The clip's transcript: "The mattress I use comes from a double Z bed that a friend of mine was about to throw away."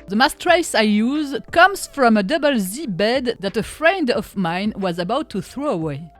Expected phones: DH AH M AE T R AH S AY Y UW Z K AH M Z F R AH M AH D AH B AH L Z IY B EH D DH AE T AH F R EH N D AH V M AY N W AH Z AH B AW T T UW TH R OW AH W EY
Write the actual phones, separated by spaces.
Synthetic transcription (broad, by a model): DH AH M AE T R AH S AY Y UW Z K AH M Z F R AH M AH D AH B AH L Z IY B EH D DH AE T AH F R EH N D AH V M AY N W AH Z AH B AW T T UW TH R OW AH W EY